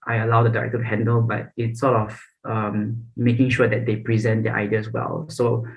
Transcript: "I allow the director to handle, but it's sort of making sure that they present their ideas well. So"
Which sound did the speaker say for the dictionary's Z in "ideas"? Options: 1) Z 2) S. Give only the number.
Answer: 2